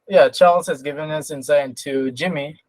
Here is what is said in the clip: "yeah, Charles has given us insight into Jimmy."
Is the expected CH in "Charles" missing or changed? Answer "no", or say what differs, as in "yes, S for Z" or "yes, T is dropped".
no